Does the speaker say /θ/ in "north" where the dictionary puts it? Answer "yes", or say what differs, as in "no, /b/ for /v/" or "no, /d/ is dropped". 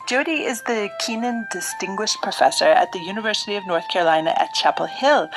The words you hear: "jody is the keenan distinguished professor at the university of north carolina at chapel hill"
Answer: yes